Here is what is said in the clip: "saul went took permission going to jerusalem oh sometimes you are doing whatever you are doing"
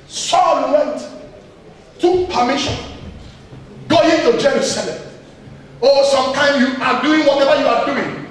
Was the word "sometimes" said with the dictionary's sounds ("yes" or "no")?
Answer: no